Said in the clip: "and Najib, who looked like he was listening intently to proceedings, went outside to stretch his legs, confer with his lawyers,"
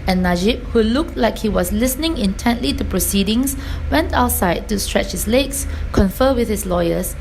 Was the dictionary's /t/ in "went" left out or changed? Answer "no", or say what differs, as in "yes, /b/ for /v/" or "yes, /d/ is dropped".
no